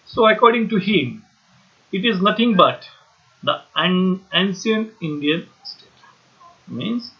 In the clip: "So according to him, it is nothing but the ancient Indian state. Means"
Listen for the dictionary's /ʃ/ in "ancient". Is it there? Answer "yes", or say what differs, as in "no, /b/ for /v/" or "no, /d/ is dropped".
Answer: no, /s/ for /ʃ/